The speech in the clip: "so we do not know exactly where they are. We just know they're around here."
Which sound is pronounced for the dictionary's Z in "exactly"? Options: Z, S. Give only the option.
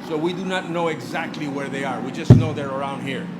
Z